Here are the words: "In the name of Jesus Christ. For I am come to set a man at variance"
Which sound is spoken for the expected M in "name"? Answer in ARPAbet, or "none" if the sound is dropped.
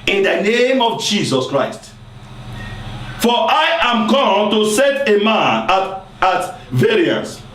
M